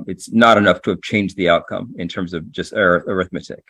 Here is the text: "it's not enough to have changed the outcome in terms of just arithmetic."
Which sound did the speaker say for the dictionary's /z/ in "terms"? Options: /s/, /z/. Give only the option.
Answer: /z/